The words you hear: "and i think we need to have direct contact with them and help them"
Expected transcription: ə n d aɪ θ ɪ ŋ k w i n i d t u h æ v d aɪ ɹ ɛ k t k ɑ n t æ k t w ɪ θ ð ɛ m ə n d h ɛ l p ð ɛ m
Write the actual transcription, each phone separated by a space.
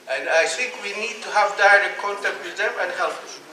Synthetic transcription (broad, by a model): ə n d aɪ θ ɪ ŋ k w i n i d t u h æ v d aɪ ɹ ɛ k t k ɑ n t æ k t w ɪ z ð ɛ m ə n d h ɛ l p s